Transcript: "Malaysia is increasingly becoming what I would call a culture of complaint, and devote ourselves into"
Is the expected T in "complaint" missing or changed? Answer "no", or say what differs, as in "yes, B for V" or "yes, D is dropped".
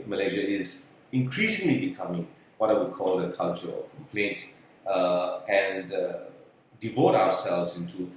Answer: no